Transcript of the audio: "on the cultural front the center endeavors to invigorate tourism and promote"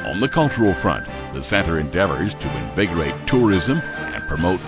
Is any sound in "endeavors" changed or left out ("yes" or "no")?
no